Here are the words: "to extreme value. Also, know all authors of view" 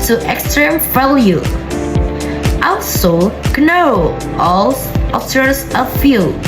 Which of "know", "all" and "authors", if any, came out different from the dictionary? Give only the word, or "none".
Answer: authors